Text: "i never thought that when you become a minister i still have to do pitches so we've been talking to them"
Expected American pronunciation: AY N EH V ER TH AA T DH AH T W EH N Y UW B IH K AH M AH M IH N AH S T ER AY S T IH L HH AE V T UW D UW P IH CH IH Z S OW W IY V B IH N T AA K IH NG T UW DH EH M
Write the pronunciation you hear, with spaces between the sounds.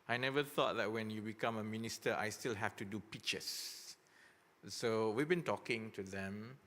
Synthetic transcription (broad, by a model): AY N EH V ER TH AA T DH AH T W EH N Y UW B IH K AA M AH M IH N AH S T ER AY S T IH L HH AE F T UW D UW P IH CH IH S S OW W IY V B IH N T AA K IH NG T UW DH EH M